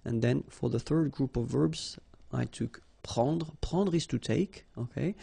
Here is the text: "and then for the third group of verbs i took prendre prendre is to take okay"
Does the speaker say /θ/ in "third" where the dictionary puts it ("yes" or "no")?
yes